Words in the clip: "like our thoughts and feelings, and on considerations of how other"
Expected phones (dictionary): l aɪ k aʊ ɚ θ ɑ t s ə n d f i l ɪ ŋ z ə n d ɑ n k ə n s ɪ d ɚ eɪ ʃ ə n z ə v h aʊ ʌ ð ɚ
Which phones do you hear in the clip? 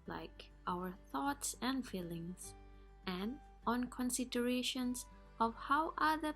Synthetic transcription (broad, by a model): l aɪ k aʊ ɚ θ ɑ t s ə n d f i l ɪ ŋ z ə n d ɑ n k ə n s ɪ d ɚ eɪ ʃ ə n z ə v h aʊ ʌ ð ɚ